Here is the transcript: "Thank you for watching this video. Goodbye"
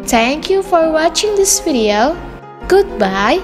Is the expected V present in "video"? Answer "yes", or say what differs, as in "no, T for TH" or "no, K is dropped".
no, F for V